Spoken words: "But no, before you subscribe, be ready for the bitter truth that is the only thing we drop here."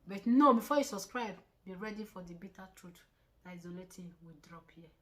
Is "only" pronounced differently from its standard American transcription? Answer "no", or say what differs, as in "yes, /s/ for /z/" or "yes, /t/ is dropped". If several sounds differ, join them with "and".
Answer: yes, /n/ is dropped